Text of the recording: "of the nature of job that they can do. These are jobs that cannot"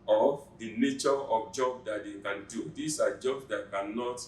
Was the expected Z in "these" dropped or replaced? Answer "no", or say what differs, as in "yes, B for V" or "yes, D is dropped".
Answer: yes, S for Z